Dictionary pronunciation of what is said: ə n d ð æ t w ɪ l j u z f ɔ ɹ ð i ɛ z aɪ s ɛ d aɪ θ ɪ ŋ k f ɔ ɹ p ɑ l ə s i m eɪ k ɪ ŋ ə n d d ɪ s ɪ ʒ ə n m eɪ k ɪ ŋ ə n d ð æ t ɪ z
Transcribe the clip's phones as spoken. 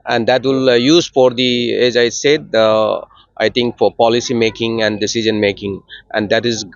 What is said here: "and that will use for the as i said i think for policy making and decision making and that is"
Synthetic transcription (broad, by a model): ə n d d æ t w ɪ l j u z f ɔ ɹ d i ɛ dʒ aɪ s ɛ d aɪ t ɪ ŋ k f ɔ ɹ p ɑ l ə s i m eɪ k ɪ ŋ ə n d d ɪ s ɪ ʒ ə n m eɪ k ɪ ŋ ə n d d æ t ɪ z